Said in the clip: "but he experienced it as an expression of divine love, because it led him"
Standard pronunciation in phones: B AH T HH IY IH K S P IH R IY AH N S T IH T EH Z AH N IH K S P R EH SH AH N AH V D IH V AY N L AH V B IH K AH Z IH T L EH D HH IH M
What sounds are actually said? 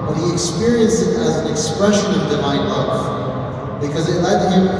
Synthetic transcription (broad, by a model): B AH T HH IY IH K S P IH R IY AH N S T IH T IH Z N IH K S P R EH SH AH N AH V D IH V AY N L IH F B IH K AH Z IH T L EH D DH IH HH